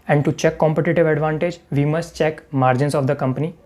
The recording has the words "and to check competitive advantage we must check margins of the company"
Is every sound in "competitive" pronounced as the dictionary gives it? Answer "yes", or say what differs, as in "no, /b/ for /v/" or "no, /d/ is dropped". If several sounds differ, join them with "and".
yes